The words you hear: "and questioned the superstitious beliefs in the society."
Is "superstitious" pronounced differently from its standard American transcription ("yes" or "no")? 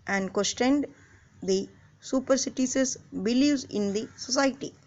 yes